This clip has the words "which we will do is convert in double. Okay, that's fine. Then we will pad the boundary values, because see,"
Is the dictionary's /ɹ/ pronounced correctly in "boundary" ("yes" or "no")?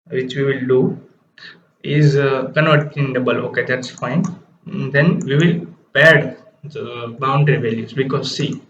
yes